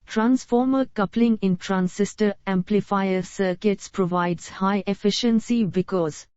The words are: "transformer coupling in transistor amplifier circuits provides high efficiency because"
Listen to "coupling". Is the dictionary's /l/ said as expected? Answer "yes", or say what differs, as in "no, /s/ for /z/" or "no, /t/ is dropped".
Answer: yes